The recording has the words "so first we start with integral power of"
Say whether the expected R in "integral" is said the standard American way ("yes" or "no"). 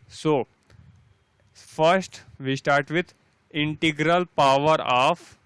yes